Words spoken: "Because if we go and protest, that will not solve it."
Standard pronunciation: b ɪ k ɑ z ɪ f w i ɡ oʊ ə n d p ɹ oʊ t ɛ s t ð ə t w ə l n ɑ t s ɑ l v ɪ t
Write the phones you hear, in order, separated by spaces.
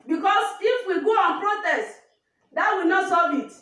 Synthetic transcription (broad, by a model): b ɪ k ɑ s ɪ f w i ɡ oʊ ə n p ɹ oʊ t ɛ s t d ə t w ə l n ɑ t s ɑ v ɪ t